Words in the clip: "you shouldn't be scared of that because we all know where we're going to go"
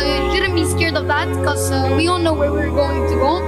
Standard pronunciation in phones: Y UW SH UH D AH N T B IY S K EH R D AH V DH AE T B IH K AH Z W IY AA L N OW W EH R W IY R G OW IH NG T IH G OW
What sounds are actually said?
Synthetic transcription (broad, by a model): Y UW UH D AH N B IY S K EH R D AH V DH AE T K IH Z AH W IY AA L N OW W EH R W IY R G OW IH NG T IH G OW